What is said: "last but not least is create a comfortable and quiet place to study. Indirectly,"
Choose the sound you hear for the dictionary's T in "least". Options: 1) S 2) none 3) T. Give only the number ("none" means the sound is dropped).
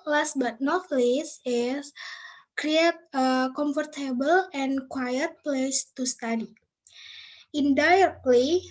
2